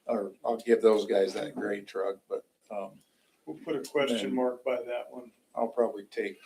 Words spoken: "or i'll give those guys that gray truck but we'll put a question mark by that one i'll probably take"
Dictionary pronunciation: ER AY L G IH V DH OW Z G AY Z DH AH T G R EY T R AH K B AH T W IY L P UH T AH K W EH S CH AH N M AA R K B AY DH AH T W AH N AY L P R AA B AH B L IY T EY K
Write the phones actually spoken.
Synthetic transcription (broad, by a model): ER AY L G IH V DH OW Z G AY Z DH AH T G R EY T R AH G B AH T W IY L P UH T AH K W EH S CH AH N M AA R K B AY DH AH T W AH N AY L P R AA B AH B L IY T EY K